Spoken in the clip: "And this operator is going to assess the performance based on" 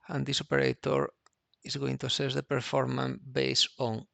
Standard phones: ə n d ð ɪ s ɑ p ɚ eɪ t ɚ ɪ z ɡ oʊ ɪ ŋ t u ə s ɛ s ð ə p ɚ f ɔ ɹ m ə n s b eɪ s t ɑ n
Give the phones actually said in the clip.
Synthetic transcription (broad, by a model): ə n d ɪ s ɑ p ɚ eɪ t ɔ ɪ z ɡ oʊ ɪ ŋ t u ə s ɛ s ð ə p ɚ f ɔ ɹ m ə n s b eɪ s ɑ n